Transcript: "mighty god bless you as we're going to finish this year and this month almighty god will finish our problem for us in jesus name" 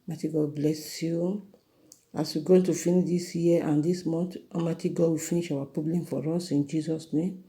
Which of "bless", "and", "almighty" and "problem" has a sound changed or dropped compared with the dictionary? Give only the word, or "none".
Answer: almighty